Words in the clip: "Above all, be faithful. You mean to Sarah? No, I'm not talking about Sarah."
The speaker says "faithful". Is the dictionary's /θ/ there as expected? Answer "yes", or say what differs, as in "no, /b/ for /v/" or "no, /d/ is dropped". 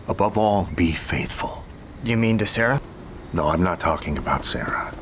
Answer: yes